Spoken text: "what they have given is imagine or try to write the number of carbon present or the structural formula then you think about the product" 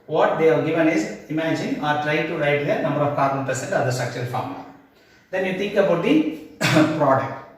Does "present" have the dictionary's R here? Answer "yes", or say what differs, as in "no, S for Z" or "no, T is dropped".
no, R is dropped